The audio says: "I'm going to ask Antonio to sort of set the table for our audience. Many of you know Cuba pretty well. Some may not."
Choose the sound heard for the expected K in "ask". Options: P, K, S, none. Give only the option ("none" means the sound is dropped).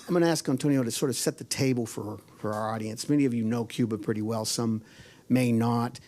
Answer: K